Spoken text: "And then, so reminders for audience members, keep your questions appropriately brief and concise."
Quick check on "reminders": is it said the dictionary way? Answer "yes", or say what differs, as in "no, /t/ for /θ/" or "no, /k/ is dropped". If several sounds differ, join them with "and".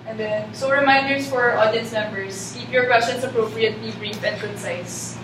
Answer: no, /s/ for /z/